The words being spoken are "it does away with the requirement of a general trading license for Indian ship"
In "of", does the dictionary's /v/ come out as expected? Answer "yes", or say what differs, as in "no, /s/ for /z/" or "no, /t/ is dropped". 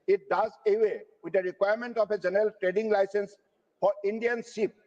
no, /p/ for /v/